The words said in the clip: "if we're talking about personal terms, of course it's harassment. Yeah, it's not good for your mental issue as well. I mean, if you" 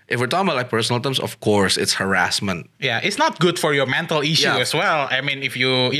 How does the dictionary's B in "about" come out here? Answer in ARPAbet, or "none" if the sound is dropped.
none